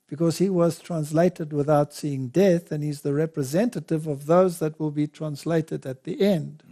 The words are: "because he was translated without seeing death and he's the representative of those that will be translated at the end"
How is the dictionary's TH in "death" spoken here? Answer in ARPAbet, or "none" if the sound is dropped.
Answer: TH